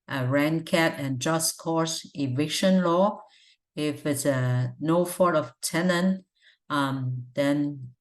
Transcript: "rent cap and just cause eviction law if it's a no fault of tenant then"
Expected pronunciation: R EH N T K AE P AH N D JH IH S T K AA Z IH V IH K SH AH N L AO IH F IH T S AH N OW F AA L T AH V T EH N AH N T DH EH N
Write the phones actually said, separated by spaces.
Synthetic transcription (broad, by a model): R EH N K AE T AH N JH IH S K AA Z IH V IH K SH AH N L AO IH F IH T S AH N OW F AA T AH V T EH N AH N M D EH N